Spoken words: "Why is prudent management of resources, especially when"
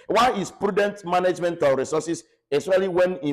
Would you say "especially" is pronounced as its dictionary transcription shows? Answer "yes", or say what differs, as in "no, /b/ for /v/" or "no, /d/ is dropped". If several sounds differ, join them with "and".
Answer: no, /p/ is dropped and /ʃ/ is dropped